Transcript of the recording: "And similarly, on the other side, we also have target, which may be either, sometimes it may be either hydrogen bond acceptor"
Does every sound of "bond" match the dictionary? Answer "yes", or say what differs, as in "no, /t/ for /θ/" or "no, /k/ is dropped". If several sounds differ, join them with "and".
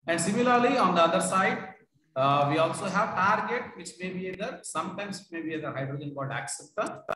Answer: no, /l/ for /n/